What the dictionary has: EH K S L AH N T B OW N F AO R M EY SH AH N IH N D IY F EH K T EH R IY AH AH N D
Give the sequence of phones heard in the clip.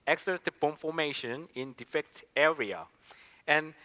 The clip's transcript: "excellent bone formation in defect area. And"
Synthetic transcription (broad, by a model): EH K S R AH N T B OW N F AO M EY SH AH N IH N D IY F EH K T EH R IY AH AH N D